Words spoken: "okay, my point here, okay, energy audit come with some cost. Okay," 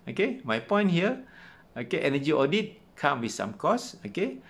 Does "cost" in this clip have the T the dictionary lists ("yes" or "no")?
no